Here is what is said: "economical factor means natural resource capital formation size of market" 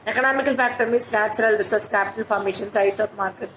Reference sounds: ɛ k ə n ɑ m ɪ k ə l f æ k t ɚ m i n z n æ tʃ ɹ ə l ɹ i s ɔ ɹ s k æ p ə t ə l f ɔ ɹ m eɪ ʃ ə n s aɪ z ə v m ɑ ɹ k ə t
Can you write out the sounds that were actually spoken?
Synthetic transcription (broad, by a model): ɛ k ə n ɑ m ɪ k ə l f æ k t ɚ m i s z n æ tʃ ɹ ə l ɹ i s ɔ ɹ s k æ p ə t ə l f ɔ ɹ m eɪ ʃ ə n s aɪ s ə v m ɑ ɹ k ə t